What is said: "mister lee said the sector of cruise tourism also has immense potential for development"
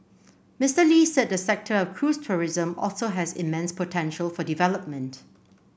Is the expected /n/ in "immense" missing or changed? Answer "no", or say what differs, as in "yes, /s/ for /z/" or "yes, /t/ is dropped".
no